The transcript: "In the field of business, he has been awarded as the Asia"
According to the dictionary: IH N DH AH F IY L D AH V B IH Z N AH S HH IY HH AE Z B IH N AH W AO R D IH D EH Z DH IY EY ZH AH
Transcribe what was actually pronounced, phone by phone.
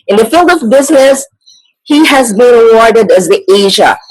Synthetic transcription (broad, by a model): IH N DH AH F IY L D AH V B IH Z N AH S HH IY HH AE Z B IH N AH W AO R D IH D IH Z DH IY EY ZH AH